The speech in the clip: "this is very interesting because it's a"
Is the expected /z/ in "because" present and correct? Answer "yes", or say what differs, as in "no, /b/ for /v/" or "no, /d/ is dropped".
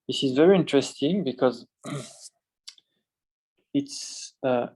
yes